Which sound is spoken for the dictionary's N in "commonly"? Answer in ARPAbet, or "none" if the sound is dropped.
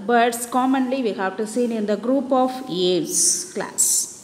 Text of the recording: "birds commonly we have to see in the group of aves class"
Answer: N